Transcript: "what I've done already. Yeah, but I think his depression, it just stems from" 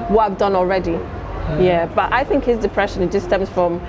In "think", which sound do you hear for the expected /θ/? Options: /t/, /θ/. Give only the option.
/θ/